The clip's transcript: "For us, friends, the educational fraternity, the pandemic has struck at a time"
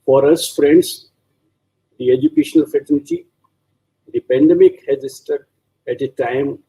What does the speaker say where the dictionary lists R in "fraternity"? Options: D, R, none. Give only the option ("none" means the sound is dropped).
none